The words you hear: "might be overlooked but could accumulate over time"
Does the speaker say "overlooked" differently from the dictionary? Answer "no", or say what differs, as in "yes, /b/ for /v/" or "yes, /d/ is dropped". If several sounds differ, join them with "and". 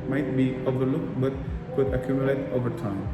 no